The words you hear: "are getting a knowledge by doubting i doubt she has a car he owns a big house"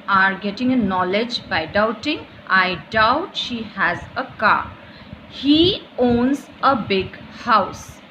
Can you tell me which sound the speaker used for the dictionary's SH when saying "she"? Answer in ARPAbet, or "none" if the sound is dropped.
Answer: SH